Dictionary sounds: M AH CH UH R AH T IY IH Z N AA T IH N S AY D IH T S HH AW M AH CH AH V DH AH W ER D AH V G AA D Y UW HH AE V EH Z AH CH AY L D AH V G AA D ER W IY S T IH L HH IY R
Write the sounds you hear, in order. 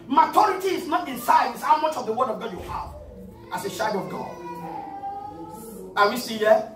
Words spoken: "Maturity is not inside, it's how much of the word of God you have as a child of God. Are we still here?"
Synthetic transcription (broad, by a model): M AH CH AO R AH T IY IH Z N AA T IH N S AY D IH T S HH AW M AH CH AH V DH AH W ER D AH V G AA D Y UW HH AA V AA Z AH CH AY D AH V G AA D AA W IY S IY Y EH